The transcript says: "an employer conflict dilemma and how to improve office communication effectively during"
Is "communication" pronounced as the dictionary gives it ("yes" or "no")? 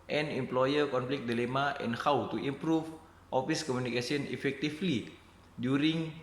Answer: no